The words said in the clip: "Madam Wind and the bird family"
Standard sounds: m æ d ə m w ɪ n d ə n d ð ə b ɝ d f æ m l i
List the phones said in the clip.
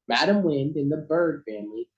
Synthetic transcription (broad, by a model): m æ d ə m w ɪ n d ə n ð ə b ɝ d f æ m l i